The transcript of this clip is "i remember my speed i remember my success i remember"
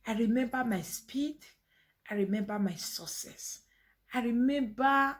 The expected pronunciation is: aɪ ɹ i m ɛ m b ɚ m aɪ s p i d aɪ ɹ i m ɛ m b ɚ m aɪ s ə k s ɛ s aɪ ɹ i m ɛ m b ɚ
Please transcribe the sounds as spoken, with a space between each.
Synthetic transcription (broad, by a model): aɪ ɹ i m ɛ m b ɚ m aɪ s p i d aɪ ɹ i m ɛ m b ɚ m aɪ s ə s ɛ s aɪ ɹ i m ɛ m b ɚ